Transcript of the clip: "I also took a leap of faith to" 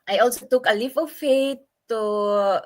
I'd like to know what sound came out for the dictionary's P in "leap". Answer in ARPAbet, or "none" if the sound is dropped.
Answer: F